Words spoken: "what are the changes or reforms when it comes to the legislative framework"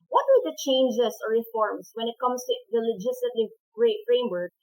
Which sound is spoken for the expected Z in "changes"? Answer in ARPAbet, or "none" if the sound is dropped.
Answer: S